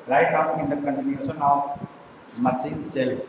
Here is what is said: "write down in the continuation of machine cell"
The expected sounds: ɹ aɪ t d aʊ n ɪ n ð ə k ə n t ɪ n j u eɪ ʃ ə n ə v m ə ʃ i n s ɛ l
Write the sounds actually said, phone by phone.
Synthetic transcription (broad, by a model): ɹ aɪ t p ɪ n ɪ n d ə k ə n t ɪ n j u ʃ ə n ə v m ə s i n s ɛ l